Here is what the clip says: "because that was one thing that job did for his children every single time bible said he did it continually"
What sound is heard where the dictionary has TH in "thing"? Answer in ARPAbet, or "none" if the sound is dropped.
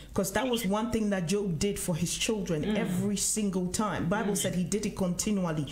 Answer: TH